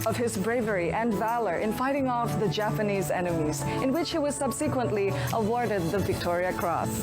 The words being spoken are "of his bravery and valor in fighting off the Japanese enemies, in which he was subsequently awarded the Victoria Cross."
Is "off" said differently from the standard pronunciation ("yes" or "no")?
no